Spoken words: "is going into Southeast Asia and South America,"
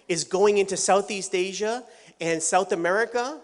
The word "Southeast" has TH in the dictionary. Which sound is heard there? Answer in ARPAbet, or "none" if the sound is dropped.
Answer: TH